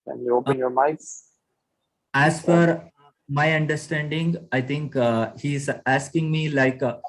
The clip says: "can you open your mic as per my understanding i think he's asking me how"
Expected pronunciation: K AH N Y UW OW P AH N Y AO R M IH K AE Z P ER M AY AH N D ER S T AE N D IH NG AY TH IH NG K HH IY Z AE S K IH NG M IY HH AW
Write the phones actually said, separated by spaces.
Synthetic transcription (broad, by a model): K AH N Y UW OW P AH N Y AO R M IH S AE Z F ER M AY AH N D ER S T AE N D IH NG AY T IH NG K HH IY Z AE S K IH NG M IY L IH